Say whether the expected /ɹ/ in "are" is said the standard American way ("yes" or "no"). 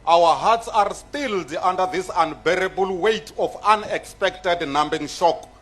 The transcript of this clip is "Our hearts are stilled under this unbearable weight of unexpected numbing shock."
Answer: yes